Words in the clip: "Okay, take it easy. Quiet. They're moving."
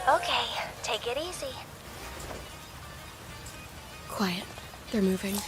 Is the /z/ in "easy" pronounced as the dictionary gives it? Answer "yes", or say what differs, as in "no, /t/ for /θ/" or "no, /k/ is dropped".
no, /s/ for /z/